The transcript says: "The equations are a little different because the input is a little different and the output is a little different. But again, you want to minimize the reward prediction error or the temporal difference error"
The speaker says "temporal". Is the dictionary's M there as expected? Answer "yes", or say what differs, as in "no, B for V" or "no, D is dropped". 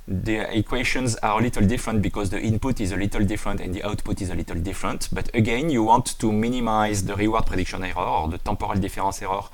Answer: no, M is dropped